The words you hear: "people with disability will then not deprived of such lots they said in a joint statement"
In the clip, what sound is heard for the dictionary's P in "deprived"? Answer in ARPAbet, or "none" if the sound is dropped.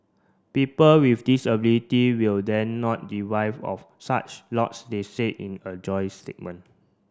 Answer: none